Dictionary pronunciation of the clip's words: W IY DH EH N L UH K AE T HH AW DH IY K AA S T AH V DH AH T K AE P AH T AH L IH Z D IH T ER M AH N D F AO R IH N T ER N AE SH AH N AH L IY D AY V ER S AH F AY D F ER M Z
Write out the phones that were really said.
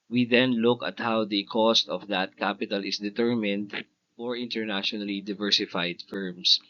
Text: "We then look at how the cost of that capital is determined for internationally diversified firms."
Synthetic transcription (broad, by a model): W IY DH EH N L UH K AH T HH AW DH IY K AA S T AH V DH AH T K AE P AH T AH L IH S D IH T ER M AH N D F AO R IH N T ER N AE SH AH N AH L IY D AY V ER S AH F AY D F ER M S